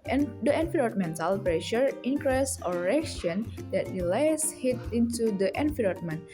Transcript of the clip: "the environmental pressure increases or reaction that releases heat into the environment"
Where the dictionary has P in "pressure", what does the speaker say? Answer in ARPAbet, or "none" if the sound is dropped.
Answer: P